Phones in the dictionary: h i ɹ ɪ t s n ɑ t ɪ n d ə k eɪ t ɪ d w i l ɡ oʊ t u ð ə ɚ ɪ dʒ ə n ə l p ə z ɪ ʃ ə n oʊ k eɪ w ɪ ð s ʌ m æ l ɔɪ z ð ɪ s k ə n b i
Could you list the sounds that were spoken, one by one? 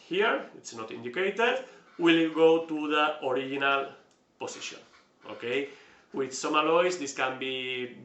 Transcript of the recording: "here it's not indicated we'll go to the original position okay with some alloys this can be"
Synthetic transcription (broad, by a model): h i ɹ ɪ t s n ɑ t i n d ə k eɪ t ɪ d w i l ɡ oʊ t u ð ə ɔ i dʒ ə n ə l p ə s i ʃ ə n oʊ k eɪ w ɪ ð s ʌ m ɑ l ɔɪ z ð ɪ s k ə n b i